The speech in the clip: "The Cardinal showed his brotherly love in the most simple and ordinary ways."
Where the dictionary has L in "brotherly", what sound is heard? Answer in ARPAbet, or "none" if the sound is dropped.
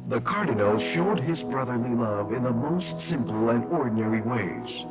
L